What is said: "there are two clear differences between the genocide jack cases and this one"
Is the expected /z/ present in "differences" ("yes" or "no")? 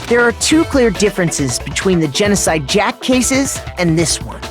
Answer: yes